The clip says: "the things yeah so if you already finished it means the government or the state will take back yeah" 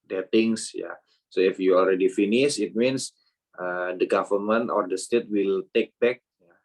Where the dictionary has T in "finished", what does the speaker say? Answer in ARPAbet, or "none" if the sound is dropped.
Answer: none